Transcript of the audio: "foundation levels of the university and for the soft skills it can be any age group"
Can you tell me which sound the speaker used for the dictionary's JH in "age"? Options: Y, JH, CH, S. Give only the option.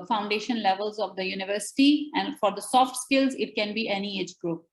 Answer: JH